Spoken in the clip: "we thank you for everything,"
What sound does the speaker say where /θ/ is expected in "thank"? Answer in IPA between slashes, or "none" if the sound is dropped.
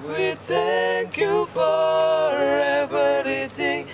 /t/